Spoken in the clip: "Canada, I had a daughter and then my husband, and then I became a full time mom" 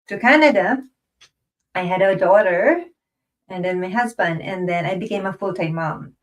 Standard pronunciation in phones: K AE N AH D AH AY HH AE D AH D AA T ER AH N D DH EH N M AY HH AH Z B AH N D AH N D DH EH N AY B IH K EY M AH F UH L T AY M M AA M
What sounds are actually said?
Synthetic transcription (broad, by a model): K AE N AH D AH AY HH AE D AH D AA T ER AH N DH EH N M AY HH AH Z B AH N D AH N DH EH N AY B IH K EY M AH F UH L T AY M M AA M